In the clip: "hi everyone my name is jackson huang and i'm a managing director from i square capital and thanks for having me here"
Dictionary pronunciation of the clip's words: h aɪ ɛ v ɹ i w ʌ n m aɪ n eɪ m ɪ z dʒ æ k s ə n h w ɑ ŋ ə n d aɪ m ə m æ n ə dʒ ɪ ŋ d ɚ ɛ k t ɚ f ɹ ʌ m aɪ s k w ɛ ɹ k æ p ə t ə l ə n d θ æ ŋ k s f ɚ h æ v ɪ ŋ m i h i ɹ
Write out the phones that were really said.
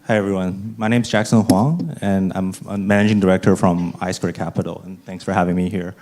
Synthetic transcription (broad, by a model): h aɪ ɛ v ɹ i w ʌ n m aɪ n eɪ m z dʒ æ k s ə n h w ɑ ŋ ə n aɪ m ə m æ n ə dʒ ɪ ŋ d ɚ ɛ k t ɚ f ɹ ʌ m aɪ s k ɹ k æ p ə t l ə n θ æ ŋ k s f ɚ h æ v ɪ ŋ m i h i ɹ